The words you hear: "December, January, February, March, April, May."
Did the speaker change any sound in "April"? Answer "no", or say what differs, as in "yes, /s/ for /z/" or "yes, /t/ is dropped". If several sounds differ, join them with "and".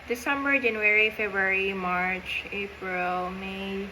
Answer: no